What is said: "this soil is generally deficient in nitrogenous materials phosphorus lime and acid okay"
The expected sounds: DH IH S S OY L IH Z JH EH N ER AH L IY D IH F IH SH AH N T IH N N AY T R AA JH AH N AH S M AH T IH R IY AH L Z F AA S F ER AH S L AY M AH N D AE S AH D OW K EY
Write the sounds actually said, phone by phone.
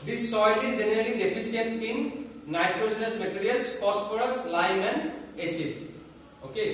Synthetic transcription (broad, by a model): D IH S S OY L IH Z JH EH N ER AH L IY D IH P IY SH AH T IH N N AY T R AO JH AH N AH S M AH T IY R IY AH L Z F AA S P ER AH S L AY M AH N D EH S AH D OW K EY